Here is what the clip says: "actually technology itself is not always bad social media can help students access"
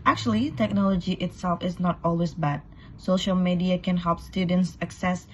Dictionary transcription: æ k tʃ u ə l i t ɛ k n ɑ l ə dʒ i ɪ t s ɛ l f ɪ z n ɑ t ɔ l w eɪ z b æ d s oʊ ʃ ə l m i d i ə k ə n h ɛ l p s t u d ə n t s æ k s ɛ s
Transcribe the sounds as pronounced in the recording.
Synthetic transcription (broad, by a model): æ k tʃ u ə l i t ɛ k n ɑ l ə dʒ i ɪ t s ɛ l f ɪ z n ɑ t ɔ l w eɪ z b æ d s oʊ ʃ ə l m i d i ə k ə n h ɛ l p s t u d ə n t s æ k s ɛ s